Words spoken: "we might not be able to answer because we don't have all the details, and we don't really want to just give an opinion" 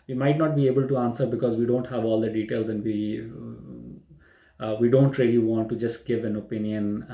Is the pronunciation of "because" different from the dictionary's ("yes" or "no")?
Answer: no